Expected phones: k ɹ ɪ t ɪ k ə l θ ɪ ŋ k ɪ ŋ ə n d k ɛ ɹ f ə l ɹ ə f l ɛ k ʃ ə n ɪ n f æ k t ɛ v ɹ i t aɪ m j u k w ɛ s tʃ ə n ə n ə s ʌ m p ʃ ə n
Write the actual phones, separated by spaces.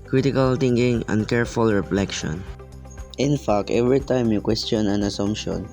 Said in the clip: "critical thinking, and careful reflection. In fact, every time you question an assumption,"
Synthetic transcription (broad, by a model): k ɹ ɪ t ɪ k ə l t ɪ ŋ k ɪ ŋ ə n d k ɛ ɹ f ə l ɹ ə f l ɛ k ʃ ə n ɪ n f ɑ k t ɛ v ɹ i t aɪ m j u k w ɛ s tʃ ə n ə n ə s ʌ m p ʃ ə n